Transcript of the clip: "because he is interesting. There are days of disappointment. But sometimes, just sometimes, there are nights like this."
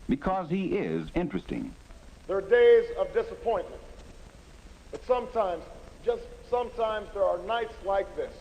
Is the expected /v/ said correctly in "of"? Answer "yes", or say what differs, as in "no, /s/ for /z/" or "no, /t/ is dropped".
yes